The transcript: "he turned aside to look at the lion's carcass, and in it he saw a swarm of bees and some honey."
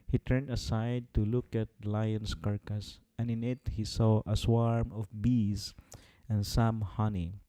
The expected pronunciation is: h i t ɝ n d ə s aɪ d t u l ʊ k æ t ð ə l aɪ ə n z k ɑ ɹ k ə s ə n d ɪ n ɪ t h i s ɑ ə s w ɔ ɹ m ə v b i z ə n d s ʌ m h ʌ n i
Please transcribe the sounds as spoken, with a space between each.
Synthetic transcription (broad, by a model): h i t ɝ n d ə s aɪ d t u l ʊ k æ t l aɪ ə n s k ɑ ɹ k ə s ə n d ɪ n ɪ t h i s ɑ ə s w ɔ ɹ m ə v b i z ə n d s ʌ m h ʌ n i